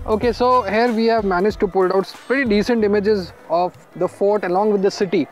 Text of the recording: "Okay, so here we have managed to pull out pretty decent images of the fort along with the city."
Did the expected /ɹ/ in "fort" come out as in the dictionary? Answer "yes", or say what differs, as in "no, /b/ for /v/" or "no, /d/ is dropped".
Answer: yes